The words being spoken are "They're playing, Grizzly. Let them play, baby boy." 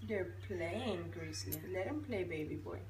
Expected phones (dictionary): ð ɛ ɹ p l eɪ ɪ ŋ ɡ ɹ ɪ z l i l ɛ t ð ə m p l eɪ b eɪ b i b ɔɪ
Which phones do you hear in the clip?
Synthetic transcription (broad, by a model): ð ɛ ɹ p l eɪ ɪ ŋ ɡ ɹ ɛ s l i l ɛ t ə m p l eɪ b eɪ b i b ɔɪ